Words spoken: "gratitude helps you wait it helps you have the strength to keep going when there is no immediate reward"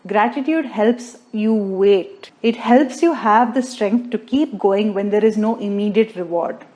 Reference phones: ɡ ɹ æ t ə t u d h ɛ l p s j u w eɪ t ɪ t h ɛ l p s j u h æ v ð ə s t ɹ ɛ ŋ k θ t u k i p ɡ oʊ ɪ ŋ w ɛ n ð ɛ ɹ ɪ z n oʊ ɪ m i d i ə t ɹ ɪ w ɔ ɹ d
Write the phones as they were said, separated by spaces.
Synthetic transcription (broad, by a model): ɡ ɹ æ t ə t u d h ɛ l p s j u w eɪ t ɪ t h ɛ l p s j u h æ v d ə s t ɹ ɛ ŋ k t t u k i p ɡ oʊ ɪ ŋ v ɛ n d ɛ ɹ ɪ z n oʊ ɪ m i d i ə t ɹ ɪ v ɔ ɹ d